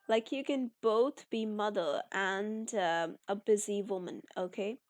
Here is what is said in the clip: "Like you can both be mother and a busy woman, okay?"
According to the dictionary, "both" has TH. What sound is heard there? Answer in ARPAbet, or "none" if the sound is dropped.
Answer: TH